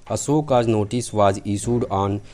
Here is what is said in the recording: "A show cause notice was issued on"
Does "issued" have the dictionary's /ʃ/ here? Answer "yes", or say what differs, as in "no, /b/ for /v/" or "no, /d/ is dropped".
no, /s/ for /ʃ/